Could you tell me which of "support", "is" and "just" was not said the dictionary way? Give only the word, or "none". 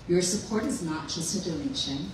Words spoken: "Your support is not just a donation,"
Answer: none